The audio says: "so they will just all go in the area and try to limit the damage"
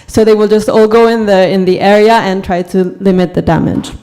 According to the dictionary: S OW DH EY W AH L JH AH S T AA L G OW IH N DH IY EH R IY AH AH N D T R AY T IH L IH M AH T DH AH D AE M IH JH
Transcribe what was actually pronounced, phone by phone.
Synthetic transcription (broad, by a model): S OW DH EY W AH L JH AH S T AA L G OW IH N DH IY EH R IY AH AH N T R AY T IH L IH M AH T DH AH D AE M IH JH